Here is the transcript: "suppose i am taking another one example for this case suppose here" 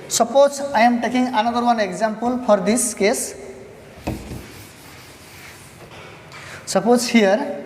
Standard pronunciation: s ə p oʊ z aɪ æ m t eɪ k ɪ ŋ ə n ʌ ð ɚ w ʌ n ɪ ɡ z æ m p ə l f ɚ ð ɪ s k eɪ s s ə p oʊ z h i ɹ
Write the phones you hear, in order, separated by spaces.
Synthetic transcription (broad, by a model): s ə p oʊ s aɪ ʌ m t eɪ k ɪ ŋ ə n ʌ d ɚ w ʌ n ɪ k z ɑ m p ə l p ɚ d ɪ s k eɪ s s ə p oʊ s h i ɹ